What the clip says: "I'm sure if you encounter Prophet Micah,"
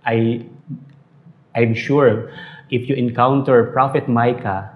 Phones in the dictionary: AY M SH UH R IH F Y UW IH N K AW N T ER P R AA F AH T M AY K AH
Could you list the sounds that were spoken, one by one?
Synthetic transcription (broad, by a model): AY M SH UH R IH F Y UW IH N K AW N T ER P R AA F AH T M AY K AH